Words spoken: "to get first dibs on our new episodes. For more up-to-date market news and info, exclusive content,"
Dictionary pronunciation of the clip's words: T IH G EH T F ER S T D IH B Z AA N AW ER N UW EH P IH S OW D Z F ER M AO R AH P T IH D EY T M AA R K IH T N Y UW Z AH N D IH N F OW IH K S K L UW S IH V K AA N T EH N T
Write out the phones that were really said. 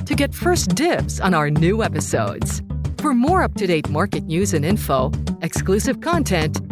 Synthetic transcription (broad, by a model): T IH G EH T F ER S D IH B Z N AW ER N UW EH P IH S OW D Z F ER M AO R AH P T IH D EY T M AA R K IH T N Y UW Z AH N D IH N F OW IH K S K L UW S IH V K AA N T EH N T